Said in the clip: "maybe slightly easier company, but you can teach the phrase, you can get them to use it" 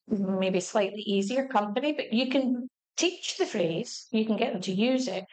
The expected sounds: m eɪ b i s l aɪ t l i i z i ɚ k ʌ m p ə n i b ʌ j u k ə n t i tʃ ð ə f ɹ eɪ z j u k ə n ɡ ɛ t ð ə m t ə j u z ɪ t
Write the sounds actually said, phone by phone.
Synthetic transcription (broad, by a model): m eɪ b i s l aɪ t l i i z i ɚ k ʌ m p ə n i b ʌ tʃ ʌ k ə n t i tʃ ð ə f ɹ eɪ z j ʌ k ə n ɡ ɛ t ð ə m t ə j u z ɪ t